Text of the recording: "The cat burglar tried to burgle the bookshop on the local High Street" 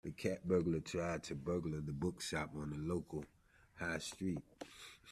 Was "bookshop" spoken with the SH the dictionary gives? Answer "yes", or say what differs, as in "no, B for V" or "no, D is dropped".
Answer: no, S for SH